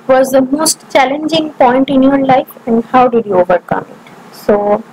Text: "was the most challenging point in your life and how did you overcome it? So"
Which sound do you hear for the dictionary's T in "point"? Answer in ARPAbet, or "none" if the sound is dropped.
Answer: T